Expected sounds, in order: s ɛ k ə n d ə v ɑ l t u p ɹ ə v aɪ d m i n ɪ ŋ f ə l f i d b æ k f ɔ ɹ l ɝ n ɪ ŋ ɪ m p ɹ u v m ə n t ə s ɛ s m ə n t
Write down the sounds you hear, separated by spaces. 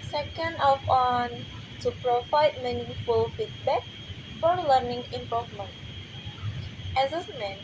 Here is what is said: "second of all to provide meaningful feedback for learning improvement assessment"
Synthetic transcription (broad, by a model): s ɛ k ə n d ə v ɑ n t u p ɹ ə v aɪ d m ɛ n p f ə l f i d b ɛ k f ɔ ɹ l ɝ n ɪ ŋ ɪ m p ɹ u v m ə n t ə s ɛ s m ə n